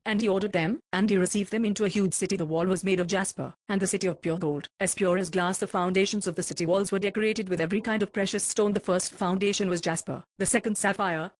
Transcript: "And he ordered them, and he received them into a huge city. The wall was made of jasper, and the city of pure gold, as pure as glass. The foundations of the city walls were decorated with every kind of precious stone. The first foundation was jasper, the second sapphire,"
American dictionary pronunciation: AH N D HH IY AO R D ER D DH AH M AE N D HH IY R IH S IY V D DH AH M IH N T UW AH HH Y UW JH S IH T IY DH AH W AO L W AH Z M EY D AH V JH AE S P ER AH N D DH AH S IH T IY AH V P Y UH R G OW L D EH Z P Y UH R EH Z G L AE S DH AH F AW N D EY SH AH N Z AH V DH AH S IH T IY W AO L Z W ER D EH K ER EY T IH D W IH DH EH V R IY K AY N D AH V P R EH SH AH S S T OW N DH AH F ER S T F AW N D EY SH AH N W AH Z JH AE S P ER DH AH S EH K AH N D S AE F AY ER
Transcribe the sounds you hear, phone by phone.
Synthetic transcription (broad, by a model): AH N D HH IY AO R D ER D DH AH M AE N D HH IY R IH S IY V D DH AH M IH N T UW AH HH Y UW JH S IH T IY DH AH W AO L W AH Z M EY D AH V JH AE S P ER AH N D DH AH S IH T IY AH V P Y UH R G OW L D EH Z P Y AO R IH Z G L AE S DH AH F AW N D EY SH AH N Z AH V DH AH S IH T IY W AO L Z W ER D EH K ER EY T IH D W IH DH EH V R IY K AY N D AH V P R EH SH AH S S T OW N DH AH F ER S T F AW N D EY SH AH N W AH Z JH AE S P ER DH AH S EH K AH N D S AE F AY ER